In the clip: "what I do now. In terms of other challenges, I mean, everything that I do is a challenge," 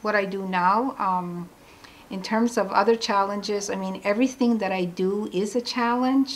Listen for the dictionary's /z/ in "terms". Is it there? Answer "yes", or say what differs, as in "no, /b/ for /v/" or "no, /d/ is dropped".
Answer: yes